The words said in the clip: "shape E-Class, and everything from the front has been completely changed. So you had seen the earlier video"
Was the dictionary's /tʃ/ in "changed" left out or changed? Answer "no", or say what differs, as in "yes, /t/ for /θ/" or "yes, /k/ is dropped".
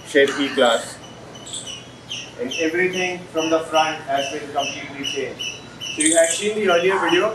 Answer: yes, /s/ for /tʃ/